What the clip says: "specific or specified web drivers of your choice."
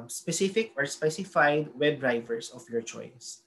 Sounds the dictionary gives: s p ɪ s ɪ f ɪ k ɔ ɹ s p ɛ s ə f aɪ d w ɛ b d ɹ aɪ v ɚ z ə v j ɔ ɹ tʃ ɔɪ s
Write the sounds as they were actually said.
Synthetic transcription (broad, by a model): s p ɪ s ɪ f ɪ k ɔ ɹ s p ɛ s ə f aɪ d w ɛ b d ɹ aɪ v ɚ s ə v j ɔ ɹ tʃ ɔɪ s